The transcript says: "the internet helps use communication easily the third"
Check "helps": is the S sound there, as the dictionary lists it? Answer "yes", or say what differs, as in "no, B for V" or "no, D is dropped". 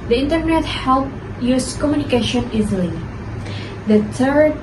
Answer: no, S is dropped